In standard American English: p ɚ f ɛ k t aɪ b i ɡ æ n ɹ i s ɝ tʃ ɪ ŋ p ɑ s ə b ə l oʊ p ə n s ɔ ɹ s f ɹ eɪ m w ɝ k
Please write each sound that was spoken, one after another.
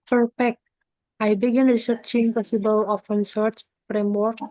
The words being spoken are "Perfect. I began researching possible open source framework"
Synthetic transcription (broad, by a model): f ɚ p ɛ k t aɪ b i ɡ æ n ɹ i s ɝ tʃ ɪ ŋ p ɑ s ə b ə l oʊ f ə n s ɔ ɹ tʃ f ɹ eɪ m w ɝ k